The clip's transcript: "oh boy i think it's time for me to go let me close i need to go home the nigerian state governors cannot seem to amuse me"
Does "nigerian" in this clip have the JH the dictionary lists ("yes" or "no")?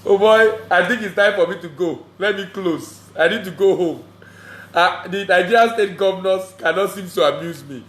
no